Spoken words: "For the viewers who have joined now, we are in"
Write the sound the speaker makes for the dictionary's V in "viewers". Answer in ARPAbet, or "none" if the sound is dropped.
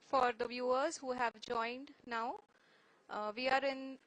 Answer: V